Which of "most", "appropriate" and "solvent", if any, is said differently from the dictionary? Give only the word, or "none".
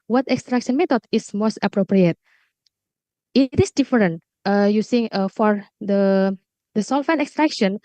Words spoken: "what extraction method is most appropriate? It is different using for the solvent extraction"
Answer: solvent